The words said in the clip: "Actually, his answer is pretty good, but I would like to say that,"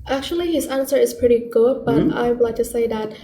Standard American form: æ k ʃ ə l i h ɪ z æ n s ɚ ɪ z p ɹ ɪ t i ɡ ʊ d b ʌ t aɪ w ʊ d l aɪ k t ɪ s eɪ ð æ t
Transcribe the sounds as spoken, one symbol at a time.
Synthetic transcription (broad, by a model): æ k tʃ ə l i h ɪ z æ n s ɚ ɪ z p ɹ ɪ t i ɡ ʊ d b ʌ t aɪ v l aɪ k t ɪ s eɪ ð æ t